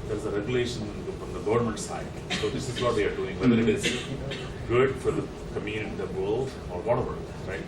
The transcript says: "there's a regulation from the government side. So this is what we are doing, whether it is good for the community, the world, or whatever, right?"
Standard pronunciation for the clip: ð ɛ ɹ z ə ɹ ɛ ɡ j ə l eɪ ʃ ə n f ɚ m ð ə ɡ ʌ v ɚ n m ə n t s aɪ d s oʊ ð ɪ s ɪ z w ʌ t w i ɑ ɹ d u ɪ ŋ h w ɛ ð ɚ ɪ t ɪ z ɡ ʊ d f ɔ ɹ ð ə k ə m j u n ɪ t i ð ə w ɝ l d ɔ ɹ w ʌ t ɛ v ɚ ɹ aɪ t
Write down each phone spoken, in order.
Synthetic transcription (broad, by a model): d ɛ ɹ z ə ɹ ɛ ɡ j ə l eɪ ʃ ə n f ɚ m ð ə ɡ ʌ v ɚ n m ə n t s aɪ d s oʊ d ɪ s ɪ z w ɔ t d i ɑ ɹ d u ɪ ŋ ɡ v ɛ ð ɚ ɪ t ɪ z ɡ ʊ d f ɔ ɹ k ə m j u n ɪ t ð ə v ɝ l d ɔ ɹ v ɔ t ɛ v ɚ ɹ aɪ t